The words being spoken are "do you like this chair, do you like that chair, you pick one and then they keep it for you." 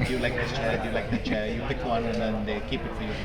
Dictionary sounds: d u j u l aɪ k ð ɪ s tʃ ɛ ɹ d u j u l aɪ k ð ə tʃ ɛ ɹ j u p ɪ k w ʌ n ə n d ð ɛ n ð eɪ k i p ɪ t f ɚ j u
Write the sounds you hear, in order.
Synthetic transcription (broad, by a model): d j u l aɪ k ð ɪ tʃ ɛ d j u l aɪ k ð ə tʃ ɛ j u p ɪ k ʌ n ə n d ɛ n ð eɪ k i p ɪ t f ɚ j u